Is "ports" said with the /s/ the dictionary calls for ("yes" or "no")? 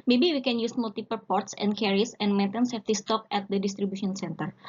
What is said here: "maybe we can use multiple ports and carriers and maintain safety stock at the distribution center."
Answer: yes